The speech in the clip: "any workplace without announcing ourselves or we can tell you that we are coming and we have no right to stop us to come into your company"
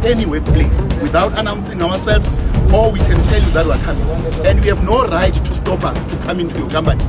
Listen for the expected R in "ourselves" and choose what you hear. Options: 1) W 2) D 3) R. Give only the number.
1